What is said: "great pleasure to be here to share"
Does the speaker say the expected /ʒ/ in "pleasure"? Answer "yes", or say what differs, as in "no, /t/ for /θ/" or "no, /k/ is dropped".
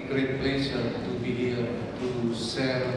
no, /s/ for /ʒ/